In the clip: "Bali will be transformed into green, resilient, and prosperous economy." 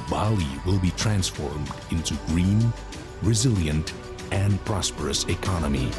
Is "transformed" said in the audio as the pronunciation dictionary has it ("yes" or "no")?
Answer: yes